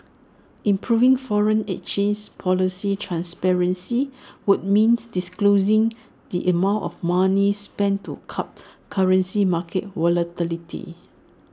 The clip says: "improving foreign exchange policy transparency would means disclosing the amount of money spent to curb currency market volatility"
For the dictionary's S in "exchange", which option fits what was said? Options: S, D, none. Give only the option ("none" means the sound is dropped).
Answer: none